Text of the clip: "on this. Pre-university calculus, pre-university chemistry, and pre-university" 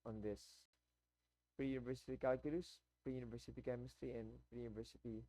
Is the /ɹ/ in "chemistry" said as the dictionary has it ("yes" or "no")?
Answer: yes